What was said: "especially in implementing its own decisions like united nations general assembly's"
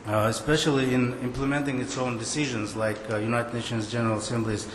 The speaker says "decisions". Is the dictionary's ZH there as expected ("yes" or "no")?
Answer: yes